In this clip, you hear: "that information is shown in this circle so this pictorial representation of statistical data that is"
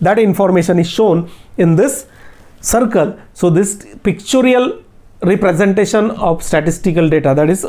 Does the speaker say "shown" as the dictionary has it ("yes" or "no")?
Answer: yes